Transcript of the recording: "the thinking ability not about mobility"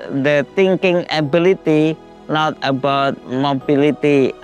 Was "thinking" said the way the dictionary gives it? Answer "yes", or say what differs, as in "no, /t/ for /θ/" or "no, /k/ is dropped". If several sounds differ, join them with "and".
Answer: no, /t/ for /θ/